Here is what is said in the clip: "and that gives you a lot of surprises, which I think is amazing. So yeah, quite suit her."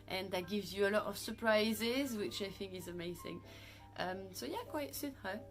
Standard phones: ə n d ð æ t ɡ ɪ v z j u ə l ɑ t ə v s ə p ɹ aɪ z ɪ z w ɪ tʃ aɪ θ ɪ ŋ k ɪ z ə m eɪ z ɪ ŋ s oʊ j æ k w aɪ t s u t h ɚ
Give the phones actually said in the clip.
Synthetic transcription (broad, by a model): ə n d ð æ t ɡ ɪ v z j u ə l ɑ t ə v s ə p ɹ aɪ z ɪ z w ɪ tʃ aɪ θ ɪ ŋ k ɪ z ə m eɪ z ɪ ŋ s oʊ j æ k w aɪ t s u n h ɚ